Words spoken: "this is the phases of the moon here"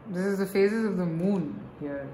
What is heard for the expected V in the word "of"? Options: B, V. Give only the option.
V